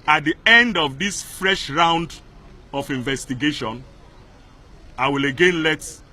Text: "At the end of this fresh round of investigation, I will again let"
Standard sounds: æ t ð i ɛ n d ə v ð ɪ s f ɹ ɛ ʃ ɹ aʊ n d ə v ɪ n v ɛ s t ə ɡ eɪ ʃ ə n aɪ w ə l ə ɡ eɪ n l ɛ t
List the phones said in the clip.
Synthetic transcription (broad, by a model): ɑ t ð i ɛ n d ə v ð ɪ s f ɹ ɛ ʃ ɹ aʊ n d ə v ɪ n v ɛ s t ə ɡ eɪ ʃ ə n aɪ w ə l ə ɡ eɪ n l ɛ t